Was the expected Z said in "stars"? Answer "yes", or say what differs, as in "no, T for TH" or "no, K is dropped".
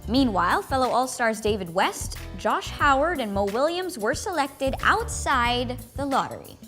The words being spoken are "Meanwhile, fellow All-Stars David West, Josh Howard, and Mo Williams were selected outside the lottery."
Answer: yes